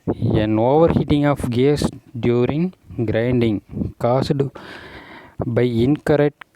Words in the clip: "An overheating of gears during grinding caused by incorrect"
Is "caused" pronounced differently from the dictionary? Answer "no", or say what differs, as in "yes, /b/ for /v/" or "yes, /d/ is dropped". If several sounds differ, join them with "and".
yes, /s/ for /z/